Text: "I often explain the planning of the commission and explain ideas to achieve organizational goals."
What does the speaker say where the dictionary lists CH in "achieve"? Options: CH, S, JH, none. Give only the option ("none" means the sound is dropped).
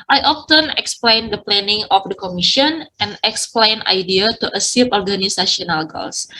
S